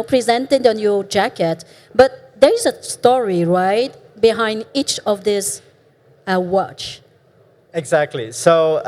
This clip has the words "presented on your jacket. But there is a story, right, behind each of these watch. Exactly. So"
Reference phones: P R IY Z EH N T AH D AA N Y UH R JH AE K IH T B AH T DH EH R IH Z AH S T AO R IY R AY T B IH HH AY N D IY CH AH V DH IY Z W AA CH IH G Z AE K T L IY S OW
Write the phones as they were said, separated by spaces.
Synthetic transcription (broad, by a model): P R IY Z EH N T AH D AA N Y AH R JH AE K IH T B AH T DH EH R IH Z AH S T AO R IY R AY T B IH HH AY N D IY CH AH V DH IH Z W AA CH IH G Z AE K T L IY S OW